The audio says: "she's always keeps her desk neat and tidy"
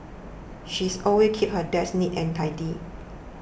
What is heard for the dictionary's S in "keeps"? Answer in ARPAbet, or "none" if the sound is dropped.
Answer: none